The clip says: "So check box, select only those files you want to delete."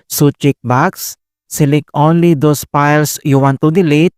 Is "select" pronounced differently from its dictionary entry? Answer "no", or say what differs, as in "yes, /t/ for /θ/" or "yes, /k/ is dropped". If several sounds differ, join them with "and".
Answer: yes, /t/ is dropped